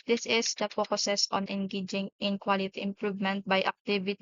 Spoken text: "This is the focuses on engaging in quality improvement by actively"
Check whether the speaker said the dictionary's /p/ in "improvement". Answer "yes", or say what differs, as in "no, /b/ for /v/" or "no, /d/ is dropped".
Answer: yes